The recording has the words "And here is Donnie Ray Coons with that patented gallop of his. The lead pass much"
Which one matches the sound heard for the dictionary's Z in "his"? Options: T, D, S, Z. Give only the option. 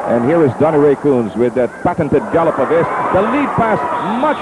S